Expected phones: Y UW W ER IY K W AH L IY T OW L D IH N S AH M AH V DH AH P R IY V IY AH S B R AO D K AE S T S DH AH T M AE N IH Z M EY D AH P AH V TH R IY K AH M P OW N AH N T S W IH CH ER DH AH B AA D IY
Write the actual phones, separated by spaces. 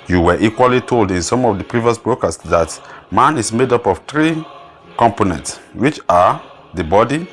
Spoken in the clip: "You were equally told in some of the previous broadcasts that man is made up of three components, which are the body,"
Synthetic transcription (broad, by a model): Y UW W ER IY K W AH L IY T OW L D IH N S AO M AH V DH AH P R IY V IY AH S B R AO K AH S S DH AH T M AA N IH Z M EY D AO P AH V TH R IY K AH M P OW N AH N T S W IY CH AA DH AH B AA D IY